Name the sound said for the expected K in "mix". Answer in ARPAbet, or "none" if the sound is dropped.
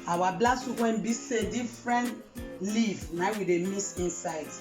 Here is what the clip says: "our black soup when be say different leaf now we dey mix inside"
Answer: none